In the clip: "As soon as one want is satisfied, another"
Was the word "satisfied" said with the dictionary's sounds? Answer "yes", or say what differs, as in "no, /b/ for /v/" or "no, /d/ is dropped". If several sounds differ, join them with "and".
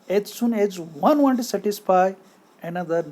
no, /d/ is dropped